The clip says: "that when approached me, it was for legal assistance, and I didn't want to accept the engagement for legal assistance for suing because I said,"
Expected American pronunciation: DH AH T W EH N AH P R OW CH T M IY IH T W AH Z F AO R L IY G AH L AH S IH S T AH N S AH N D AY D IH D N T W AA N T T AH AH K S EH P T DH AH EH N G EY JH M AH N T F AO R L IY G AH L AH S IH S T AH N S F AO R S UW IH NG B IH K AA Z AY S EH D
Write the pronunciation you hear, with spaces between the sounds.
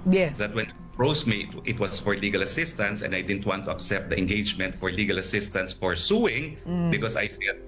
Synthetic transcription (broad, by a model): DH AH T W EH N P R OW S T M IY IH T W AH S F AO R L IY G AH L AH S IH S T AH N S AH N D AY D IH D N T W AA N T T AH AH K S EH P T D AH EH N G EY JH M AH N T F AO R L IY G AH L AH S IH S T AH N S F AO R S UW IH NG B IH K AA S AY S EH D